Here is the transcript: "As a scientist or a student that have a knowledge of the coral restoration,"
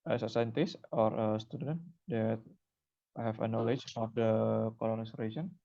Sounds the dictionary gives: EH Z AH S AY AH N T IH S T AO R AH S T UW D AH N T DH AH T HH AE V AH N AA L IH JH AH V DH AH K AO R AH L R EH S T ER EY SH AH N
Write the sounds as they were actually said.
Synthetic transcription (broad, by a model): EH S AH S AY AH N T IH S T AO R AH S T UW D AH N T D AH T HH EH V AH N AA L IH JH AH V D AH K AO L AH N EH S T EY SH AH N